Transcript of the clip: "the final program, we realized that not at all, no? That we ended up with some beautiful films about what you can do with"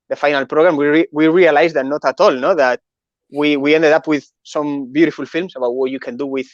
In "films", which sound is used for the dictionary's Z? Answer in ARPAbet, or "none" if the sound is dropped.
S